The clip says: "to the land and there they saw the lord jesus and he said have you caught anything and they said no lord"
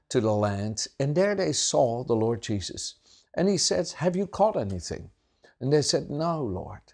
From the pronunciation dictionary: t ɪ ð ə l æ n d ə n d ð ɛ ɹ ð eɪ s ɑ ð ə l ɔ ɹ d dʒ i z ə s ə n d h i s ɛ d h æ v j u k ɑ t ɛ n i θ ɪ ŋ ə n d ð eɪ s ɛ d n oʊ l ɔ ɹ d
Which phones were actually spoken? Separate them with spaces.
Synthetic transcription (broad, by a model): t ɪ ð ə l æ n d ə n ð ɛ ɹ ð eɪ s ɑ ð ə l ɔ ɹ d dʒ i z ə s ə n i s ɛ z h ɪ v j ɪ k ɑ t ɛ n i θ ɪ ŋ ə n ð eɪ s ɛ d n oʊ l ɔ ɹ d